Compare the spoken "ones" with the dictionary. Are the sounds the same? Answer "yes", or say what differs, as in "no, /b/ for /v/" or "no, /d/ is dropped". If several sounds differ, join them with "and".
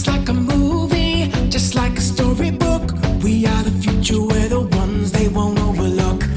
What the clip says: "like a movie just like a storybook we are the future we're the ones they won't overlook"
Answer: yes